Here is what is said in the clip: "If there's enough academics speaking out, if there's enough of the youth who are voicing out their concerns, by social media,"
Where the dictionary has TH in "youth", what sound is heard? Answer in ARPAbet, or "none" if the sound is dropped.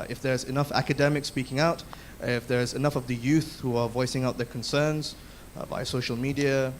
TH